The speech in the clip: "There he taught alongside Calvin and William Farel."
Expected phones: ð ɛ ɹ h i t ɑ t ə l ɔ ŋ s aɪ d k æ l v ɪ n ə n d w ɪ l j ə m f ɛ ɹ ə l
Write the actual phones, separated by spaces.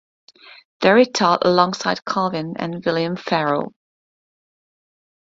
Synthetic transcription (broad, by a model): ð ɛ ɹ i t ɑ t ə l ɔ ŋ s aɪ d k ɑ v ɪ n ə n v ɪ l j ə m f ɛ ɹ ə l